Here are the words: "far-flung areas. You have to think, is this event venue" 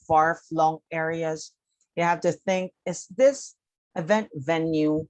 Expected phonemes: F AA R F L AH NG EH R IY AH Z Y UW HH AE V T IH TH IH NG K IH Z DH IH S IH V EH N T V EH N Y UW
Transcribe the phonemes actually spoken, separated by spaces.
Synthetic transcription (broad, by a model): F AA R F L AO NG EH R IY AH Z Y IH HH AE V T IH TH IH NG K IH S DH IH S IH V EH N T V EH N Y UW